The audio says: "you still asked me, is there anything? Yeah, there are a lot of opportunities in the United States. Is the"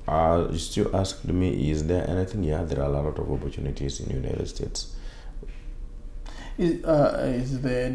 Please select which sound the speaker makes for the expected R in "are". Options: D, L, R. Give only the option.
L